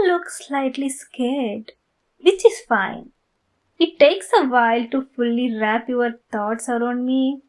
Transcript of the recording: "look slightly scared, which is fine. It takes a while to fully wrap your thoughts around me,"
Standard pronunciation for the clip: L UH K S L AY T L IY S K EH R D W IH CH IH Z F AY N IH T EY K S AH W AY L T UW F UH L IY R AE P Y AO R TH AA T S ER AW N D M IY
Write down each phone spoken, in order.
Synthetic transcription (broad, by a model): L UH K S L AY T L IY S K EH R D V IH CH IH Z F AY N IH T EY K S AH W AY L T UW F UH L IY R AE P Y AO R T AA T S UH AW N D M IY